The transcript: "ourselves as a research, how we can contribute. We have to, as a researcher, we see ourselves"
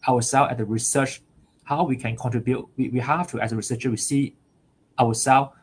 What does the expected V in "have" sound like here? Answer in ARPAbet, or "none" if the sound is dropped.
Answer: F